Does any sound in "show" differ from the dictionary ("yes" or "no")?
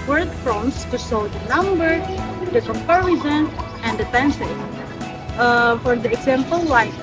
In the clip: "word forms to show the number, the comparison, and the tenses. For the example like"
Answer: yes